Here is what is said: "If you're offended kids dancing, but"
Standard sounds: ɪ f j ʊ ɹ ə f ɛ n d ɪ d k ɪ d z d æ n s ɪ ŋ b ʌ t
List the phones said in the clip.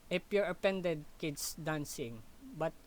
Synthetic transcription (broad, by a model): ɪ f j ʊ ɹ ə p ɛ n d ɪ d k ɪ d s d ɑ n s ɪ ŋ b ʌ t